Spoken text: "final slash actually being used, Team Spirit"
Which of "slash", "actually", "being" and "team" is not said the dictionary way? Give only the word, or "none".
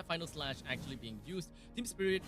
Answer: none